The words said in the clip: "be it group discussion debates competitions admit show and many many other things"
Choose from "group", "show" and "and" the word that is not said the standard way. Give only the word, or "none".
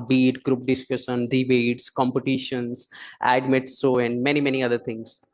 show